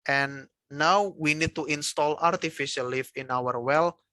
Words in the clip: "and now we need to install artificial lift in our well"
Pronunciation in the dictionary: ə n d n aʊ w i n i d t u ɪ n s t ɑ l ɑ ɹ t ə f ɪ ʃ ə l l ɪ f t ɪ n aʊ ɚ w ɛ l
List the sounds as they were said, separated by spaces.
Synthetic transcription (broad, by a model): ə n n aʊ w i n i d t u ɪ n s t ɑ l ɑ ɹ t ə f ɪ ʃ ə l l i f ɪ n aʊ ɚ w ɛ l